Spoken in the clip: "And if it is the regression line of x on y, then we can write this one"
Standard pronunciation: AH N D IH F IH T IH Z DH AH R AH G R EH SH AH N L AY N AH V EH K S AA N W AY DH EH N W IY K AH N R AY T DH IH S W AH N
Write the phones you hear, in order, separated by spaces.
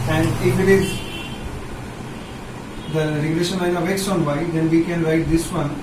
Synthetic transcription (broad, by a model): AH N D IH F IH T IH Z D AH R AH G L EH SH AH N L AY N AH V EH K S AA N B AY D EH N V IY K AH N R AY T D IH S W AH N